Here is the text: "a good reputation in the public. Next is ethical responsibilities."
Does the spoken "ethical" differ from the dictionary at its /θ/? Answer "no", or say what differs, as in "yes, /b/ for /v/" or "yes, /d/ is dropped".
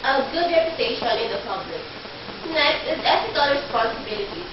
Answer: yes, /s/ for /θ/